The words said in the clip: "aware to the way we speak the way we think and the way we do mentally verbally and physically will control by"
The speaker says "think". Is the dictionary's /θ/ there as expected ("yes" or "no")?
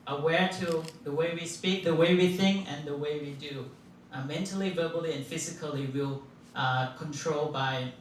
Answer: yes